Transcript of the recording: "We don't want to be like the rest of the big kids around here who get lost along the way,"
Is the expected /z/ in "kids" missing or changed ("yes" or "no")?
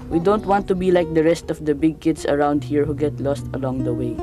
yes